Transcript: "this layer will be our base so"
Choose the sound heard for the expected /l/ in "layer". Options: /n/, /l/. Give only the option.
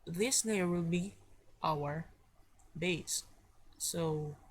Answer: /n/